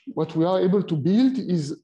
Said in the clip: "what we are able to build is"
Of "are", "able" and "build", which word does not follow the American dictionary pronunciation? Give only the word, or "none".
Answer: none